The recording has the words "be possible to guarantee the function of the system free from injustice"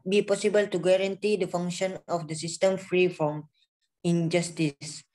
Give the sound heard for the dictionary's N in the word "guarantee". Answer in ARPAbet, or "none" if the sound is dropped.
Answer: N